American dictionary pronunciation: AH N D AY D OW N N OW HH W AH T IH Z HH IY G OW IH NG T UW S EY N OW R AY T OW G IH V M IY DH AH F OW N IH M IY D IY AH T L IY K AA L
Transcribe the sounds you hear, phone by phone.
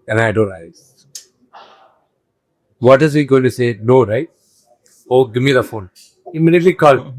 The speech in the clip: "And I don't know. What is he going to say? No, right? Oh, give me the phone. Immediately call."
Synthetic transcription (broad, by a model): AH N AY D OW N L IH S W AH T IH Z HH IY G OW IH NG T UW S EY N OW R AY T OW G IH V M IY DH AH F OW N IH M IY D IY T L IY K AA L